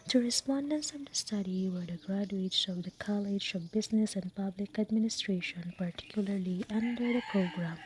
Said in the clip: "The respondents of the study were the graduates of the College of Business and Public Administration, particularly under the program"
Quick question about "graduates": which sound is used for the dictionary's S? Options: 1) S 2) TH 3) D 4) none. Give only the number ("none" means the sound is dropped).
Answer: 1